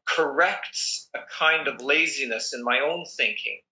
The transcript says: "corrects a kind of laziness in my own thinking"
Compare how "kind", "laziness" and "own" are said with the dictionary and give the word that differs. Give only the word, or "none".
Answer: none